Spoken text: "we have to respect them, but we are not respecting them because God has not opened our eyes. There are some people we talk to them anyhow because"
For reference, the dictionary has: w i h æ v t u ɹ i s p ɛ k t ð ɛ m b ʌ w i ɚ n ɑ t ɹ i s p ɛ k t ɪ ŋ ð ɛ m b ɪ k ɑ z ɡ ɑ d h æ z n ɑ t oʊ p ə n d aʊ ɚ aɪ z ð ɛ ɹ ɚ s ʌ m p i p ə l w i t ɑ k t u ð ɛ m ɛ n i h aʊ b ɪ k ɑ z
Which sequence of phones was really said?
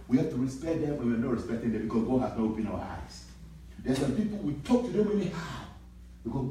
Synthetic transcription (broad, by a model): w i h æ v t u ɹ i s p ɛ t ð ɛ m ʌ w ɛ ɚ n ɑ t ɹ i s p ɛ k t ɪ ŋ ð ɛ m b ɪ k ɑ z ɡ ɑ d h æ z n ɑ t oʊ p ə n aʊ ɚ aɪ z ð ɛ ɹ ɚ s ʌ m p i p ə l w i t ɑ k t u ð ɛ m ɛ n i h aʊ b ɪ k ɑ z